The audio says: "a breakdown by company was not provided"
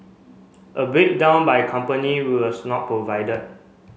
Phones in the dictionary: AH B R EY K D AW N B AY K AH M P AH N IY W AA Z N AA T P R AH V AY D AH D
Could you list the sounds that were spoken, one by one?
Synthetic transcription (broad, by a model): AH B EY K D AW N B AY K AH M P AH N IY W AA S N AA T P R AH V AY D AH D